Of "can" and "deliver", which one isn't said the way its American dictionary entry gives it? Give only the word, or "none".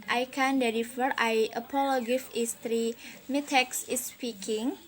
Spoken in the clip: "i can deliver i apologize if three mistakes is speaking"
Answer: deliver